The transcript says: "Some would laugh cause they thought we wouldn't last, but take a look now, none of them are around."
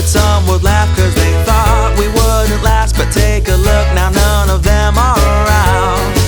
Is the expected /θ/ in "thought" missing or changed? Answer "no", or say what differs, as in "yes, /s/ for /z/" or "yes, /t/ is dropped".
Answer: no